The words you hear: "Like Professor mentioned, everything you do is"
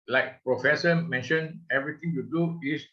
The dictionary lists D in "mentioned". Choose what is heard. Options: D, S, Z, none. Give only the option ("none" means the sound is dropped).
none